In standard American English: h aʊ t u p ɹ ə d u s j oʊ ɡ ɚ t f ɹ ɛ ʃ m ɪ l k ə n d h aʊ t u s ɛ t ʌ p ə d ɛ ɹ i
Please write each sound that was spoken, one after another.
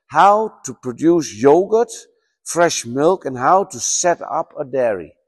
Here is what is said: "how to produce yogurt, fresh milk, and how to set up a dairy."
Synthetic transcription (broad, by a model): h aʊ t u p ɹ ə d u s j oʊ ɡ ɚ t f ɹ ɛ ʃ m ɪ l k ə n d h aʊ t u s ɛ t ʌ p ə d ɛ ɹ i